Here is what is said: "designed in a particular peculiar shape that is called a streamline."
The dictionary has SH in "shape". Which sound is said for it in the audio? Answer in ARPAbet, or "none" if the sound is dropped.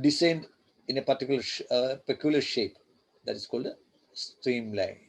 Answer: SH